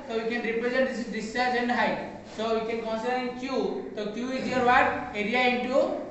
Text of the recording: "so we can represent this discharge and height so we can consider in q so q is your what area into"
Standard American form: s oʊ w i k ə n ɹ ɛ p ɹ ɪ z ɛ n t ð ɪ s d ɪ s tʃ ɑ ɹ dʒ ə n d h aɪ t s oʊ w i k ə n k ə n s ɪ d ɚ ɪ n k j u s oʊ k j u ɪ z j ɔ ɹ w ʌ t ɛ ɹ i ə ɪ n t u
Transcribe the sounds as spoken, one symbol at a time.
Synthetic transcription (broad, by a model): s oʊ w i k ə n ɹ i p ɹ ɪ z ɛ n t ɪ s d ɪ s ɑ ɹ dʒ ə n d h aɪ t s oʊ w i k ə n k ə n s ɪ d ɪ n k j u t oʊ k j u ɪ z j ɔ ɹ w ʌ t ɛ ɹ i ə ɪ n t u